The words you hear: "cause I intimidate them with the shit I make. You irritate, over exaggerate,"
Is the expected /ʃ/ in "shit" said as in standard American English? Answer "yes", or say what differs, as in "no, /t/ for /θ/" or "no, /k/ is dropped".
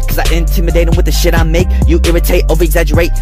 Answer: yes